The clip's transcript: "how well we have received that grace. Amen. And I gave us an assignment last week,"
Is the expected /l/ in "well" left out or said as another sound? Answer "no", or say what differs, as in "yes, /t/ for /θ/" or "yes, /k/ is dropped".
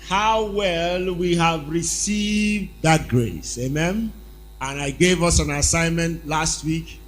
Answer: no